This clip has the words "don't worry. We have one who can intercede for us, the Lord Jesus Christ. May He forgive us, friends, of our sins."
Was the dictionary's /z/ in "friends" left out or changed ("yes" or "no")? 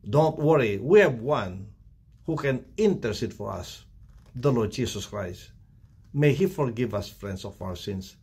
yes